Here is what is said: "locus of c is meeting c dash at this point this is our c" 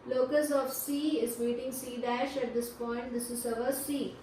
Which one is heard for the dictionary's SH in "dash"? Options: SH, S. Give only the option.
SH